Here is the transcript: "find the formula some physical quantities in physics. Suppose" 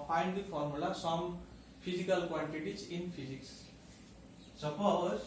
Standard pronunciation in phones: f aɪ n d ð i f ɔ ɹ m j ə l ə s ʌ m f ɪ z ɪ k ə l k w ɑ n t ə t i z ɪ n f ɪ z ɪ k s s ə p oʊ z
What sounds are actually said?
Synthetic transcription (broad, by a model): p aɪ n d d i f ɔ ɹ m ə l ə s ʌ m p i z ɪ k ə l k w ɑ n t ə t i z ɪ n p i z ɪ k s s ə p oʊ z